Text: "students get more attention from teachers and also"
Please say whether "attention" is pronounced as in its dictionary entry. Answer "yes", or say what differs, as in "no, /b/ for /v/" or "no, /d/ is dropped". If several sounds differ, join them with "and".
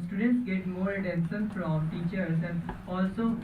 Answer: no, /s/ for /ʃ/